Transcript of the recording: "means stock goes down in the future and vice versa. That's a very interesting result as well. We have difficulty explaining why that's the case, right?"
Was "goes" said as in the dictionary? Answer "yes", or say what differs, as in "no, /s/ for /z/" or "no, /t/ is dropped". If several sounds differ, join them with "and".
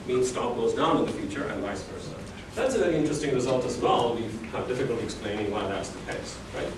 no, /s/ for /z/